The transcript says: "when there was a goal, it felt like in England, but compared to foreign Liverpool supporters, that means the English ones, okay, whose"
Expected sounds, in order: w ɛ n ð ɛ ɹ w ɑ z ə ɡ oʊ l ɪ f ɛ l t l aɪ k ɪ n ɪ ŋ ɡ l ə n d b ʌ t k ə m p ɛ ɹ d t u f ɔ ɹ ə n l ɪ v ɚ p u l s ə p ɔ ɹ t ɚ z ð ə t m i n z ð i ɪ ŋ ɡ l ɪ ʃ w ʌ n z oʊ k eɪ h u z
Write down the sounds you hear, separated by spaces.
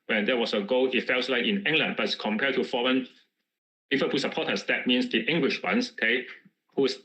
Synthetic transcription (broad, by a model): w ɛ n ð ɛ w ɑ s ə ɡ oʊ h ɪ f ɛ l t l aɪ k ɪ n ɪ ŋ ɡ l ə n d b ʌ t k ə m p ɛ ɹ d t u f ɔ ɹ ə n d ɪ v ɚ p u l s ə p ɔ t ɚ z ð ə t m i n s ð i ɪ ŋ ɡ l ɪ ʃ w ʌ n s oʊ k eɪ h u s